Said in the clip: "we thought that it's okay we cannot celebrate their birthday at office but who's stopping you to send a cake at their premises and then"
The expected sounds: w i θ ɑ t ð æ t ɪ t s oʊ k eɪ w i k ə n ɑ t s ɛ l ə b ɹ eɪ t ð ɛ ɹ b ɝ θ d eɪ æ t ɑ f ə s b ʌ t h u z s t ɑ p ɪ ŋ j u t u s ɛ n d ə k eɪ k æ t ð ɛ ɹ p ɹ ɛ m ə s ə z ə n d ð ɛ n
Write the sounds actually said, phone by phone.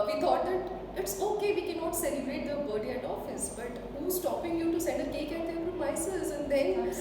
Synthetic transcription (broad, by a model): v i t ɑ t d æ t ɪ t s oʊ k eɪ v i k ə n ɑ t s ɛ l ə b ɹ eɪ t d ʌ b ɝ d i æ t ɑ f ə s b ʌ t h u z s t ɑ p ɪ ŋ j u t u s ɛ n d ə k eɪ k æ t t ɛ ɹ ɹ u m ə s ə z ə n d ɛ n